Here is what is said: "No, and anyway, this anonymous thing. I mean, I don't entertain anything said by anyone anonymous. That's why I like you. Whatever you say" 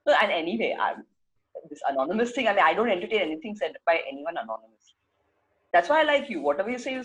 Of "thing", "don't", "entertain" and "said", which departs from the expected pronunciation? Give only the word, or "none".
thing